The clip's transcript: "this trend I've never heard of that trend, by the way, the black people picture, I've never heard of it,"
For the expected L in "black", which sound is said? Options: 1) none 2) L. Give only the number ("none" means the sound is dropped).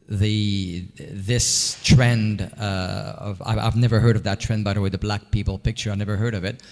2